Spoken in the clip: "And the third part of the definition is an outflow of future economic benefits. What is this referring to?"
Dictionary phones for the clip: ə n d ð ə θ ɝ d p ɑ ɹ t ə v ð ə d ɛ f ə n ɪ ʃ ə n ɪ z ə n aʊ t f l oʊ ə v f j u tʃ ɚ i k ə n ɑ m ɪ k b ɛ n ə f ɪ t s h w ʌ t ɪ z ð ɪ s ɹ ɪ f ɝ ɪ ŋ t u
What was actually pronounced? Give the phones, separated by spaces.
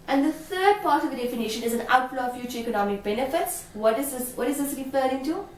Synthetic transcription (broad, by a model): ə n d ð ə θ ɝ d p ɑ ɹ t ə v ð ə d ɛ f ə n ɪ ʃ ə n ɪ z ə n aʊ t l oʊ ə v f j u tʃ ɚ i k ə n ɑ m ɪ k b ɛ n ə f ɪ t s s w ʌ t ɪ z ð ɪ s ɹ ɪ f ɝ ɪ ŋ t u